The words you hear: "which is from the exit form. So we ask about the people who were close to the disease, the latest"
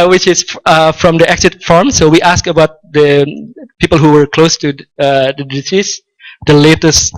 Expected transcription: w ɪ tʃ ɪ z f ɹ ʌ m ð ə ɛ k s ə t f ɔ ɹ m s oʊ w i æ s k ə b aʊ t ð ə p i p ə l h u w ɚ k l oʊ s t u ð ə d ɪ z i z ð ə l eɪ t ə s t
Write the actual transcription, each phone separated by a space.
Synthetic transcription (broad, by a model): w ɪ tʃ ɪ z f ɹ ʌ m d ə ɛ k s ə t f ɔ ɹ m s oʊ w i æ s k ə b aʊ t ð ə p i p ə l h u w ɚ k l oʊ s t u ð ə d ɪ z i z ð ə l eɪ t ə s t